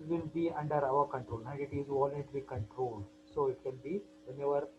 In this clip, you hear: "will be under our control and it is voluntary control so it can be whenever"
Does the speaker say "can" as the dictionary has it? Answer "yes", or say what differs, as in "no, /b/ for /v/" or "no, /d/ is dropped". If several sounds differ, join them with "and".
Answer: no, /l/ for /n/